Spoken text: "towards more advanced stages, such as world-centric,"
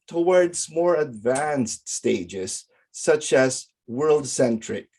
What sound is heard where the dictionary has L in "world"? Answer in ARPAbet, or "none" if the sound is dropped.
L